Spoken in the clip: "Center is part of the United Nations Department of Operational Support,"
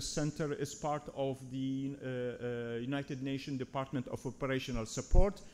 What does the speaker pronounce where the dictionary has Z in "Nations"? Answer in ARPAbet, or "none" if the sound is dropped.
none